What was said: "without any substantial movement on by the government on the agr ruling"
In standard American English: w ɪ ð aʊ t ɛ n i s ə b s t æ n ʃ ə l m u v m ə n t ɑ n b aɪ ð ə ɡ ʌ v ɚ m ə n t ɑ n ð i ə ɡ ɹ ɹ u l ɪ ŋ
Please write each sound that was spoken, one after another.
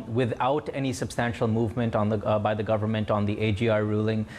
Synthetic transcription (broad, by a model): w ɪ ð aʊ t ɛ n i s ə b s t æ n ʃ ə l m u v m ə n t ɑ n b aɪ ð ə ɡ ʌ v ɚ m ə n t ɑ n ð i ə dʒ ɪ ɹ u l ɪ ŋ